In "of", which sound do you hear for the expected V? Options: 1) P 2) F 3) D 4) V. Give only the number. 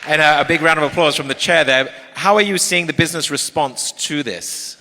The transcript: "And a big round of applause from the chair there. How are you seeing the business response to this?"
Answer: 4